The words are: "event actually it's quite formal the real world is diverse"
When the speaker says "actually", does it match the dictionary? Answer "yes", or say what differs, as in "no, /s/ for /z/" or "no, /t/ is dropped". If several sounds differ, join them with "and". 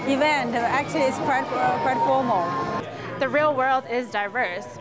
no, /w/ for /l/